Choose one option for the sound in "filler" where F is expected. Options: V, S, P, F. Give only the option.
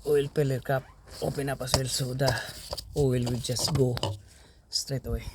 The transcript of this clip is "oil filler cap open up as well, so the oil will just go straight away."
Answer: P